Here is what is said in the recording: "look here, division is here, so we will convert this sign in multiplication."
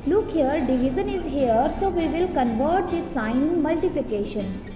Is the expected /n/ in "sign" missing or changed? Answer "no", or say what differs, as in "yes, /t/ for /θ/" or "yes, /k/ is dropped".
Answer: yes, /n/ is dropped